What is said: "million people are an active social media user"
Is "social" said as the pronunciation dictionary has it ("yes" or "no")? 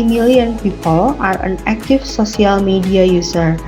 no